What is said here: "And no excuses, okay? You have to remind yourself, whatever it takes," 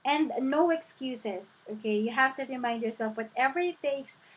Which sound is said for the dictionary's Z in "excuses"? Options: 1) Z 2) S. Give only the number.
2